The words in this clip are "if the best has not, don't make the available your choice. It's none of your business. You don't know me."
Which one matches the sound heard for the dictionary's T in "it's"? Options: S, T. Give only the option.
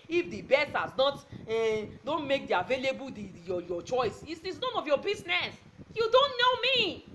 S